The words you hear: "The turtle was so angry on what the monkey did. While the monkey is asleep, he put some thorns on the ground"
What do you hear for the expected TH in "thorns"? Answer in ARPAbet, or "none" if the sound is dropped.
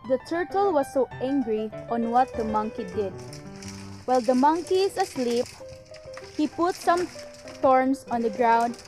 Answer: T